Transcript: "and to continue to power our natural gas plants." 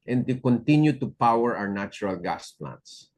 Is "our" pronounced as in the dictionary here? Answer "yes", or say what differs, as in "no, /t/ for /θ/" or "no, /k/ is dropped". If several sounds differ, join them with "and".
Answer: no, /w/ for /ɹ/